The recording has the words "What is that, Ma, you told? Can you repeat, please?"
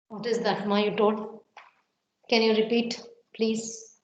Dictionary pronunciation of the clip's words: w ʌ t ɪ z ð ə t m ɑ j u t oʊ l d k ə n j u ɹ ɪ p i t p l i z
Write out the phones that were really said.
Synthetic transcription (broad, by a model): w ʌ t ɪ z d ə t m ɑ j u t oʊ d k ə n j u ɹ ɪ p i t p l i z